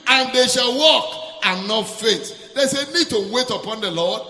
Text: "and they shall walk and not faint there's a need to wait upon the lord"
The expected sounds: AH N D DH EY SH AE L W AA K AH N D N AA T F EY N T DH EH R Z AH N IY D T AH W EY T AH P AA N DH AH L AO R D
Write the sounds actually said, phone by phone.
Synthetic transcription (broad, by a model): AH N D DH EY SH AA L W AA K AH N N AA T F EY T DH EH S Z AH N IY D T AH W EY T AH P AA N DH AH L AO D